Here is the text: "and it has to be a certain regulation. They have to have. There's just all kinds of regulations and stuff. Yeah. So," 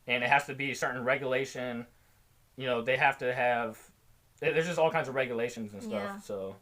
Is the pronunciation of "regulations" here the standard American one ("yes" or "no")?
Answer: yes